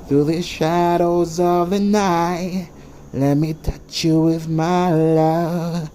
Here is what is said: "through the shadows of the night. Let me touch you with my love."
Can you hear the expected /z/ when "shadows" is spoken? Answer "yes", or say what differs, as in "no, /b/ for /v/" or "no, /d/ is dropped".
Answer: yes